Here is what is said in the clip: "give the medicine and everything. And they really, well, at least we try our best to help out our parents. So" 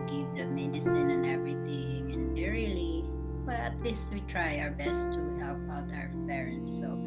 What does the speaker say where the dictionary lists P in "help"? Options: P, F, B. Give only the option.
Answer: B